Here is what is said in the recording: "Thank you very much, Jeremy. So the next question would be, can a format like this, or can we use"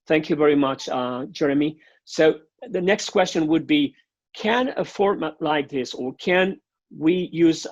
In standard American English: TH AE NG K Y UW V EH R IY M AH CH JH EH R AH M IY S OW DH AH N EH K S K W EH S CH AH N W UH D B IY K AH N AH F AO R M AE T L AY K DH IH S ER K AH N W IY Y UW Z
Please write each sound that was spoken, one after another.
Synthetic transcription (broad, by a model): TH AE NG K Y UW V EH R IY M AH CH JH EH R AH M IY S OW DH AH N EH K S K W EH S CH AH N W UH D B IY K AH N AH F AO R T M L AY K DH IH S ER K AH N W IY Y UW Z